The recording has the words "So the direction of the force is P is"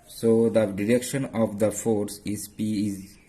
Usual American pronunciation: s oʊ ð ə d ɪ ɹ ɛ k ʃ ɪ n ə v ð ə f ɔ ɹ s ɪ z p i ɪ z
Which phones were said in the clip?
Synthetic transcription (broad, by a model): s oʊ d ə d ɪ ɹ ɛ k ʃ ɪ n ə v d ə f ɔ ɹ s ɪ z p i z